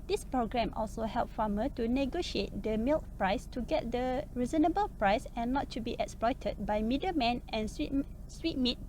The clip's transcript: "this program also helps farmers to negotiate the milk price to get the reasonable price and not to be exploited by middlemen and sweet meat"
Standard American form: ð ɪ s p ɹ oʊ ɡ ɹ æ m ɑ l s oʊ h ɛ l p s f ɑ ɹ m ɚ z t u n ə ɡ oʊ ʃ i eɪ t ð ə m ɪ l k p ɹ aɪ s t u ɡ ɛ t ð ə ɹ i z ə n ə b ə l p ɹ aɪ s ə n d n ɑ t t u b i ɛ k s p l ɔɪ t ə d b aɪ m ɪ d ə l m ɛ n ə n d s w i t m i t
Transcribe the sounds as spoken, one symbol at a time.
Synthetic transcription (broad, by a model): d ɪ s p ɹ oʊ ɡ ɹ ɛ m ɑ l s oʊ h ɛ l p f ɑ m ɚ t u n ə ɡ oʊ ʃ i eɪ t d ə m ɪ l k p ɹ aɪ s t u ɡ ɛ t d ə ɹ i z ə n ə b ə l p ɹ aɪ s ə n n ɑ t t u b i ɛ k s p l ɔɪ t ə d b aɪ m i d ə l m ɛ n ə n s s w i t m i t